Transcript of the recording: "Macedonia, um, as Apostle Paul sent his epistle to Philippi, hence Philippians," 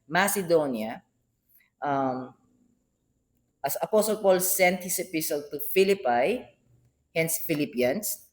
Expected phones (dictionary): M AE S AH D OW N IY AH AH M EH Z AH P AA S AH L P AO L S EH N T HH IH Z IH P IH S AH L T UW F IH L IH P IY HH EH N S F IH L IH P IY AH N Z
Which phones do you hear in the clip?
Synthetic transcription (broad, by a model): M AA S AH D OW N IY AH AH M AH S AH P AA S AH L P AO L S EH N T HH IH S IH P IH S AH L T UW F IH L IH P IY HH EH N S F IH L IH P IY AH N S